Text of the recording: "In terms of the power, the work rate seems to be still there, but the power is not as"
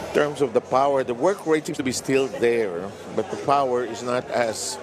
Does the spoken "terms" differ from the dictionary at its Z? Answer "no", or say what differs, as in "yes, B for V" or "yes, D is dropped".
yes, S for Z